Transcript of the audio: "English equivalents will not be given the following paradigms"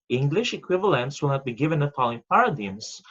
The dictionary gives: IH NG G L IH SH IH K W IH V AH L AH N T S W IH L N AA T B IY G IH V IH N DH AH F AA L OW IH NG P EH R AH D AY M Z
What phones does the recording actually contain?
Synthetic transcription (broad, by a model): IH NG G L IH SH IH K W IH V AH L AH N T S W IH L N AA T B IY G IH V IH N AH P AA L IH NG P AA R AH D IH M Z